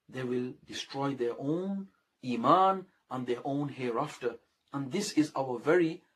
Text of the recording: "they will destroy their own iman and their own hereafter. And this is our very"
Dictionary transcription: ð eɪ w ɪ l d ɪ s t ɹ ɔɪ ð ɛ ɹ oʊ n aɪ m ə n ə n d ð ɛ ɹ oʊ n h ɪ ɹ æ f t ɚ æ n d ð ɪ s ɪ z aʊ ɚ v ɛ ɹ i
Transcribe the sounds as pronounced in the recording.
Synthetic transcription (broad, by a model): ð eɪ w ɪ l d ɪ s t ɹ ɔɪ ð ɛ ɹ oʊ n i m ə n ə n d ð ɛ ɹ oʊ n h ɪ ɹ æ f t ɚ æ n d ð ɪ s ɪ z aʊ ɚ v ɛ ɹ i